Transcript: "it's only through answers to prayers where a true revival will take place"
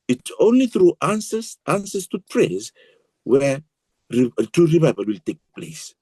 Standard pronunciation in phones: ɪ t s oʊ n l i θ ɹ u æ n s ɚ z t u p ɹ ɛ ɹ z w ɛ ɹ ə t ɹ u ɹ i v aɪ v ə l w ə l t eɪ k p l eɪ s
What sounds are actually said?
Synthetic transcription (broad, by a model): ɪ t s oʊ n l i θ ɹ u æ n s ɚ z t u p ɹ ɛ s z w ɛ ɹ ə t u ɹ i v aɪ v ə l w ə l t eɪ k p l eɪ s